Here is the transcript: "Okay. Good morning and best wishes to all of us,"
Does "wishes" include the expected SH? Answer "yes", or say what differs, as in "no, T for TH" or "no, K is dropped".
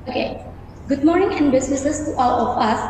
no, S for SH